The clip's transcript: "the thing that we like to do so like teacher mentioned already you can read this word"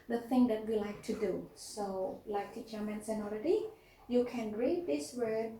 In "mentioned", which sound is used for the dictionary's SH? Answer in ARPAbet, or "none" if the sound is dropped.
S